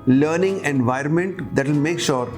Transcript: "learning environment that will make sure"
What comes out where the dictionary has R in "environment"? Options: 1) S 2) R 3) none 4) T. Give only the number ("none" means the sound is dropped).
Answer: 2